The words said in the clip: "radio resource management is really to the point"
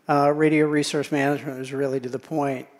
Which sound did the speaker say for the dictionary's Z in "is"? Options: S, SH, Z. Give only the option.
Z